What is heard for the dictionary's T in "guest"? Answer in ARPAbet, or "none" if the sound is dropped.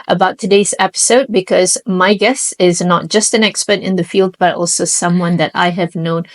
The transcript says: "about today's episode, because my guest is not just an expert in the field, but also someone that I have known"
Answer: none